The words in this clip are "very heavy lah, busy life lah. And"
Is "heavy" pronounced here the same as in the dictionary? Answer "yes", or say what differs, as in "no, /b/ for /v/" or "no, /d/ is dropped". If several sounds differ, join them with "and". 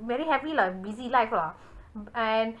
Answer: no, /p/ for /v/